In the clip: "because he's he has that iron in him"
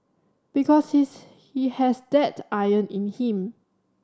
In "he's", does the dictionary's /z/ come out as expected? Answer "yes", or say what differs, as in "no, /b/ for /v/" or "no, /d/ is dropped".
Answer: no, /s/ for /z/